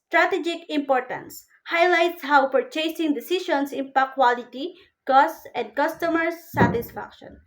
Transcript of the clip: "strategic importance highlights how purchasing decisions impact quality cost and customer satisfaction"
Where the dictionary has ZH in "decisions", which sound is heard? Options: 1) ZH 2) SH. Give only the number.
2